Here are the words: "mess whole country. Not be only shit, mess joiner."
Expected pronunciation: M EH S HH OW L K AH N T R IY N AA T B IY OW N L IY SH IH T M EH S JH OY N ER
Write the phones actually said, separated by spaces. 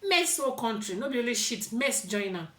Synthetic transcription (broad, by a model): M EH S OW K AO N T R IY N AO B IY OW L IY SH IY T M EH S JH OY N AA